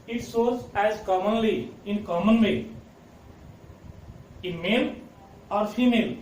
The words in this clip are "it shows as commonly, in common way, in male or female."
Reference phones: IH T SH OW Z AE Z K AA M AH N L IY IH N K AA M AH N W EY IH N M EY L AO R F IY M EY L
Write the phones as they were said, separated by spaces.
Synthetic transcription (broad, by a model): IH T S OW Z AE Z K AA M AH N L IY IH N K AA M AH N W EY IH N M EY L AO R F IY M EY L